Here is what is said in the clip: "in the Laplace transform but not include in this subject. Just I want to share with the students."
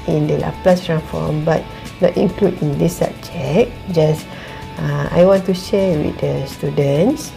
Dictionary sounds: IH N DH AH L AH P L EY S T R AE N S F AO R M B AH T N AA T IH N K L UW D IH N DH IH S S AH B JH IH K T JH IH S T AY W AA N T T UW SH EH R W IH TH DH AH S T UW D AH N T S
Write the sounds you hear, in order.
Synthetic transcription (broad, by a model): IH N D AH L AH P L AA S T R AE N F AO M B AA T N AA T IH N K L UW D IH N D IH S S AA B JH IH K JH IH S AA AY W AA N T T UW SH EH W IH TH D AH S T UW D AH N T S